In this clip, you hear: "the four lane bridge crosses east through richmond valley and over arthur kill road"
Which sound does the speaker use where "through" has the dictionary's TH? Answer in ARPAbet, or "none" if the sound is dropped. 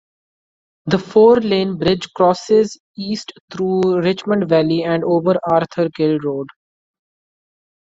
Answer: T